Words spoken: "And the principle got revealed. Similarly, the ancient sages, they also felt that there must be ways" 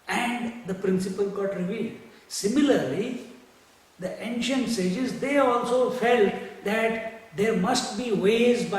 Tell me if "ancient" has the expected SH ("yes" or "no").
yes